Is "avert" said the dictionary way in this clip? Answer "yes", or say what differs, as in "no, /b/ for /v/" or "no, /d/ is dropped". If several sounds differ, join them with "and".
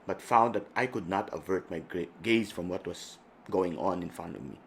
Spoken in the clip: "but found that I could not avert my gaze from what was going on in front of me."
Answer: yes